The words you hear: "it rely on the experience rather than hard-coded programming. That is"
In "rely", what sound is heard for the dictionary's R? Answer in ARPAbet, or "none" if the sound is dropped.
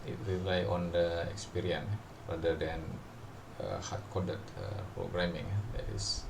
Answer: R